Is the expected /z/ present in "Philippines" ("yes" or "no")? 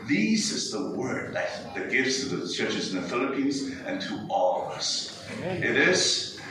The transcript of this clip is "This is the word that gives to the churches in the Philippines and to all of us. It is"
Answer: yes